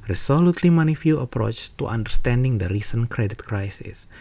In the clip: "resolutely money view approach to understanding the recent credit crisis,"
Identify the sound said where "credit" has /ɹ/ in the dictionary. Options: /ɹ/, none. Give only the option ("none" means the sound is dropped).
/ɹ/